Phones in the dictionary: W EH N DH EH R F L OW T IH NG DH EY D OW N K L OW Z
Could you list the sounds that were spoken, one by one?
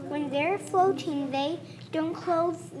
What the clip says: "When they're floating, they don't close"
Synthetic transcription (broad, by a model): W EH N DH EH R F OW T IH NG DH EY D OW N K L OW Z